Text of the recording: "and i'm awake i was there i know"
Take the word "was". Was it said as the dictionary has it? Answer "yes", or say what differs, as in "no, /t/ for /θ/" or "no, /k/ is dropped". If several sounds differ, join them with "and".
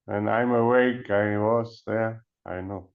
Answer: no, /s/ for /z/